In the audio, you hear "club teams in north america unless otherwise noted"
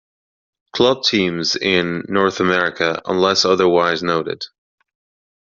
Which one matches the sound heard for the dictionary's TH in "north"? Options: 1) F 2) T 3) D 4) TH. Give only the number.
4